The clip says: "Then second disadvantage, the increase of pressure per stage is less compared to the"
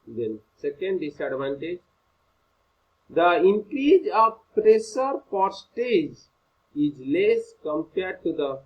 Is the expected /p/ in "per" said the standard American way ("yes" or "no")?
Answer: no